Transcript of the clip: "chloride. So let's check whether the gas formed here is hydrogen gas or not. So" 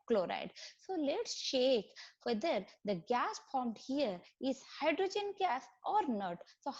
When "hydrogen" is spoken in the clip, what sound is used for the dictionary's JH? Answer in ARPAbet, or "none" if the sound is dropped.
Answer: JH